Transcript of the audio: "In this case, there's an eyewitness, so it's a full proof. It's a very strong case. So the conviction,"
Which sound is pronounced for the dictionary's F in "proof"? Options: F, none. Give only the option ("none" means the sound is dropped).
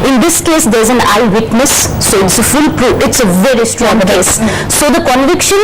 none